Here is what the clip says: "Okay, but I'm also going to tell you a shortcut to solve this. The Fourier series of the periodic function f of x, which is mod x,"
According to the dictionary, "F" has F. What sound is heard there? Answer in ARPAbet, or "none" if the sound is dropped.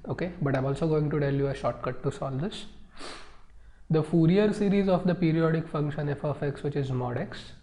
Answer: F